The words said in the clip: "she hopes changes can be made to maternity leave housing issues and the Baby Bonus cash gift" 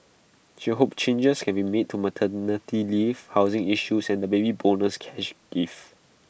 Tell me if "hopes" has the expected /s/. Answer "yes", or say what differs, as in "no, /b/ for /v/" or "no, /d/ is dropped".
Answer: no, /s/ is dropped